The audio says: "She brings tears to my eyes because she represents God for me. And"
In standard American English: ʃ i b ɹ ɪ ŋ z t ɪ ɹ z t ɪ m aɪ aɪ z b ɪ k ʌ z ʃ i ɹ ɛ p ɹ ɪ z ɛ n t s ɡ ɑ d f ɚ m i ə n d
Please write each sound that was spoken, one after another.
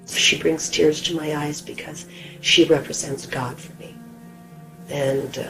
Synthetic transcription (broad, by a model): ʃ i b ɹ ɪ ŋ z t ɪ ɹ z t ɪ m aɪ aɪ z b ɪ k ʌ z ʃ i ɹ ɛ p ɹ ɪ z ɛ n t s ɡ ɑ d f ɚ m i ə n